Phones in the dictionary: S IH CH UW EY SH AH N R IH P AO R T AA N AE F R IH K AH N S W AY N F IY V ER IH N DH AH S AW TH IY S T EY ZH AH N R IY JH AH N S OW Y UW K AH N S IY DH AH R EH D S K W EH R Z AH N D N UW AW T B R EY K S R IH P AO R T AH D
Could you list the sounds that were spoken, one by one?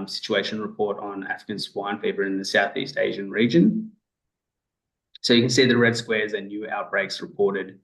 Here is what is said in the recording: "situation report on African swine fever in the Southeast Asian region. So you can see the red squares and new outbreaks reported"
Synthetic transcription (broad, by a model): S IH CH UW EY SH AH N R IH P AO R T N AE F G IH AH N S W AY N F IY V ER IH N DH AH S AW TH IY S T EY ZH AH N R IY JH AH N S OW Y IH K AH N S IY DH AH R EH D S K W EH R Z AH N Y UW AW T B R EY K S R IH P AO R T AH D